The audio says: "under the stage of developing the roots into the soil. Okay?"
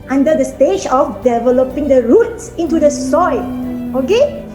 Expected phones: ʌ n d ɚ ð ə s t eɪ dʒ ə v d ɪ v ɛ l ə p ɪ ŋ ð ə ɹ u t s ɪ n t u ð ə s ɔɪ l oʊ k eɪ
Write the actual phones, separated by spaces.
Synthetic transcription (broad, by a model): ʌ n d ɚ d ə s t eɪ dʒ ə f d ɪ v ɛ l ə p ɪ ŋ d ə ɹ u t s ɪ n t u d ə s ɔɪ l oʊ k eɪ